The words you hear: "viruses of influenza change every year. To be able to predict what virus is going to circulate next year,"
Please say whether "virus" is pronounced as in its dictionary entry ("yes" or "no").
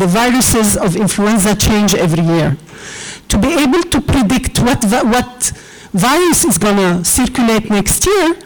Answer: yes